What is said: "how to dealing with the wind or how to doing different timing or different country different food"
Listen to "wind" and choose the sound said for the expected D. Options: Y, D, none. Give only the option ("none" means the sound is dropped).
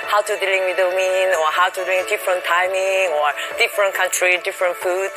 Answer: none